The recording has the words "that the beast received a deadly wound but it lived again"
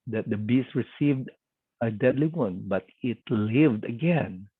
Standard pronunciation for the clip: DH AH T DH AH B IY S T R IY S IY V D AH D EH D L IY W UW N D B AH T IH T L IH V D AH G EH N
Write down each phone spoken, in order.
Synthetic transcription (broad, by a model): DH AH T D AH B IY S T R IY S IY V D AH D EH D L IY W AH N B AH T IH T L IH V D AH G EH N